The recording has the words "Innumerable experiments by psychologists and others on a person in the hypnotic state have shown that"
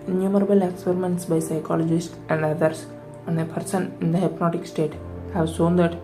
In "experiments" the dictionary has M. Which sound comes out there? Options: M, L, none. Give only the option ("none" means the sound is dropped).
M